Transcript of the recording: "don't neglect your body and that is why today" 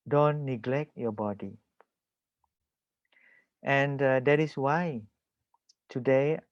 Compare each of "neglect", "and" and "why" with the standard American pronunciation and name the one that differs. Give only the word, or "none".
none